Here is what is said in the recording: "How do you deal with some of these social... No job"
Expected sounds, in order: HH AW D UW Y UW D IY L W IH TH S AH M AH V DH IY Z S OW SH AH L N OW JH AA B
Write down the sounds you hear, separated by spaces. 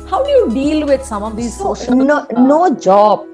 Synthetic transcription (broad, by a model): HH AW D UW Y UW D IY L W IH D S AH M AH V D IY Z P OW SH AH N N OW JH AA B